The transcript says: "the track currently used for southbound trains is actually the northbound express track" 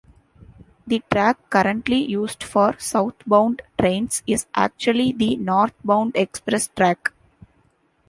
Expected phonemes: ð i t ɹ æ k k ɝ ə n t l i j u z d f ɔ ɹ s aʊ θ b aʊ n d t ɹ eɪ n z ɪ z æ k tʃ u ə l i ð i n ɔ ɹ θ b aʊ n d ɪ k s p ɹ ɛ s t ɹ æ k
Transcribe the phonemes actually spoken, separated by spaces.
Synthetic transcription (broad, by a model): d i t ɹ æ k k ɝ ə n t l i j u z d f ɔ ɹ s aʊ t b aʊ n d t ɹ eɪ n s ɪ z æ k tʃ u ə l i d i n ɔ ɹ t b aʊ n d ɪ k s p ɹ ɛ s t ɹ æ k